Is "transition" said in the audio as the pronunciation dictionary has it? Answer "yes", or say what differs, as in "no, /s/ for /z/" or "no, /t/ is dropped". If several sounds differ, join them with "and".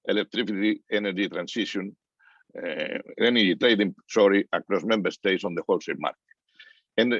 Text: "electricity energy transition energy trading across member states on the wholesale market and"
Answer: no, /s/ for /z/